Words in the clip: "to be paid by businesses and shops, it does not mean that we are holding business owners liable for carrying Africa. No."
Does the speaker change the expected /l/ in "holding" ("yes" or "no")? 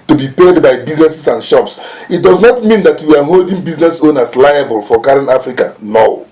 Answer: no